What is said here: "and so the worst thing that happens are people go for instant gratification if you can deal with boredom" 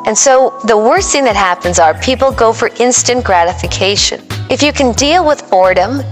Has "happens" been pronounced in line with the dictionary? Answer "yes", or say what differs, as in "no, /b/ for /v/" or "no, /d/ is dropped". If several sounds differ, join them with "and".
yes